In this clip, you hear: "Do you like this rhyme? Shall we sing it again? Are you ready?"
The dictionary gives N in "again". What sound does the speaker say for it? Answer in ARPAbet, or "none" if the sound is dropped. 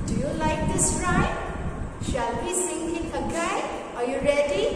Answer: none